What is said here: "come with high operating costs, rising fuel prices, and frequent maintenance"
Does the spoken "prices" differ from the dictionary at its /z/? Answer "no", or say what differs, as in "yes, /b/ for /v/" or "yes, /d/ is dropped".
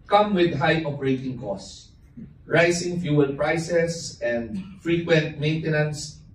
yes, /s/ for /z/